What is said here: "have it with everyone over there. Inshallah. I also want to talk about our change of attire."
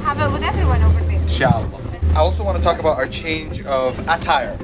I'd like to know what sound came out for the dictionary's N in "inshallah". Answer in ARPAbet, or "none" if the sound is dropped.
none